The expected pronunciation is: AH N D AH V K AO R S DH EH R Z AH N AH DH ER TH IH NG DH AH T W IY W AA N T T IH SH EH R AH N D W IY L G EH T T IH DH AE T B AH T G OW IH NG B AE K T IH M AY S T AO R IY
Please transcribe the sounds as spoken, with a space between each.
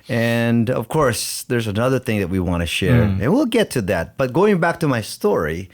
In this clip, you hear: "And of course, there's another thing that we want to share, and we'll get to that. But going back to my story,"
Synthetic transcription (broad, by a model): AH N AH V K AO R S DH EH R Z AH N AH DH ER TH IH NG DH AH T W IY W AA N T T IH SH EH R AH N W IY L G EH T T IH DH AE T B AH T G OW IH NG B AE K T IH M AY S T AO R IY